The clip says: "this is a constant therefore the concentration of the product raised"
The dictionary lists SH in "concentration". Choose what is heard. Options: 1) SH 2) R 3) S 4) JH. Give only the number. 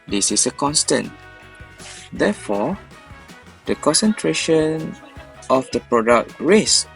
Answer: 1